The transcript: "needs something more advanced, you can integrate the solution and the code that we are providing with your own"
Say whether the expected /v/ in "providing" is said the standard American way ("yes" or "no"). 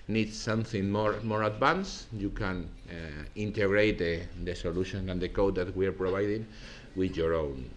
no